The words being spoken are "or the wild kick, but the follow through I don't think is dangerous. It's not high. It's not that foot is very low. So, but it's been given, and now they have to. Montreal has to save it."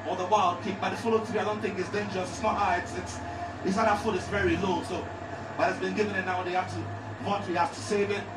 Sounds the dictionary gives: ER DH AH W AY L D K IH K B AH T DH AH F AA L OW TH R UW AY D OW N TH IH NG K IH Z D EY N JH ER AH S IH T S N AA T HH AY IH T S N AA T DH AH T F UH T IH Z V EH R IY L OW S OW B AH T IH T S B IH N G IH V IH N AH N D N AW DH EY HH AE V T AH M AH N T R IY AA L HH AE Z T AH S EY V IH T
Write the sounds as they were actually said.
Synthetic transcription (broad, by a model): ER DH AH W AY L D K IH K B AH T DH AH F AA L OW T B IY AY D OW N TH IH NG K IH S D EY N JH ER AH S IH T S N AA T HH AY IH T S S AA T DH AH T F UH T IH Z V EH R IY L OW S OW B AH T IH T S B IH N G IH V IH N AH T N AW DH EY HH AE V T AH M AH T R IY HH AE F T AH S EY V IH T